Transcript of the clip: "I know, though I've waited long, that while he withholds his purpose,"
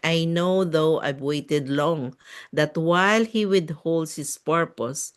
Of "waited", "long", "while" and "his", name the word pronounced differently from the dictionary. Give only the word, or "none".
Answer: his